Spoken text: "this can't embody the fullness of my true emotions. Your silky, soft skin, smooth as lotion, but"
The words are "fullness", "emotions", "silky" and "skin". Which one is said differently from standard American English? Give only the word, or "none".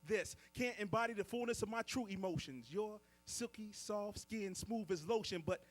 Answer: none